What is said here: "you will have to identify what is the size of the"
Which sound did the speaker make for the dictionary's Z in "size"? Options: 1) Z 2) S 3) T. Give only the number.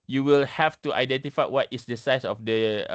2